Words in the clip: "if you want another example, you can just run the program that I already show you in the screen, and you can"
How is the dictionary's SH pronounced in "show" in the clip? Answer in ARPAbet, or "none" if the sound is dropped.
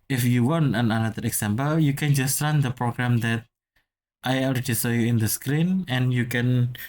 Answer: S